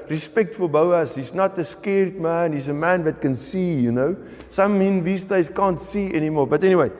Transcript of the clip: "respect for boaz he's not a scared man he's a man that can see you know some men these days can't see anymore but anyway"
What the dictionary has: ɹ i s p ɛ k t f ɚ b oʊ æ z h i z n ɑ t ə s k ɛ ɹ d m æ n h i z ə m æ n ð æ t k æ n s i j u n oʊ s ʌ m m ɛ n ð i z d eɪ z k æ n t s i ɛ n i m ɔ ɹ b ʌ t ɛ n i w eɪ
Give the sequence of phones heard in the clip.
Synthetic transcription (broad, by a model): ɹ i s p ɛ k t f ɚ b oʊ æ s h i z n ɑ t ə s k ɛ ɹ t m æ n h i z ə m æ n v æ t k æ n s i j u n oʊ s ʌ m m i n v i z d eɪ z k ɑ n t s i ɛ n i m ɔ l b ʌ t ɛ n i w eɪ